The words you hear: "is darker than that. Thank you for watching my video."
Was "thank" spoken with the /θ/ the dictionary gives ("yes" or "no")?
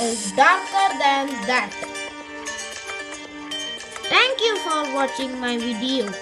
no